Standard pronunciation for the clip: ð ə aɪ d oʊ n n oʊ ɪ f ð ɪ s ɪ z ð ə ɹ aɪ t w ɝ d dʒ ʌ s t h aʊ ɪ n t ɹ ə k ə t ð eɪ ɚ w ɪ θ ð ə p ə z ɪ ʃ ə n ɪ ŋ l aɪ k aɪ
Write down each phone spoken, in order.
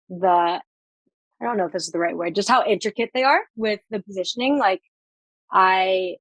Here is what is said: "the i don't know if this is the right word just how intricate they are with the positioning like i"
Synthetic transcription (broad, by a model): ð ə aɪ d oʊ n n oʊ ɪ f ð ɪ s ɪ z ð ə ɹ aɪ t w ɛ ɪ dʒ ʌ s t h aʊ ɪ n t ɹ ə k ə t ð eɪ ɚ w ɪ ð ə p ə z ɪ ʃ ə n ɪ ŋ l aɪ k aɪ